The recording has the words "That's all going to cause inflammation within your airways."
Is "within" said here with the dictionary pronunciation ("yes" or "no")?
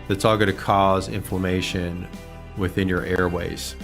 yes